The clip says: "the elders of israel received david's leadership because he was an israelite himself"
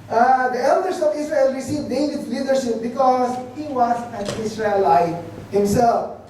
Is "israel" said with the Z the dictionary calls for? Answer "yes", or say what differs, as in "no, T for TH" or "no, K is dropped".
no, S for Z